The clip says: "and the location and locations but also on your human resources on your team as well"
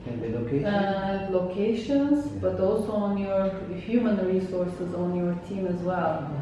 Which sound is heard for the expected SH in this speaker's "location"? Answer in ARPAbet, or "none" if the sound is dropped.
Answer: none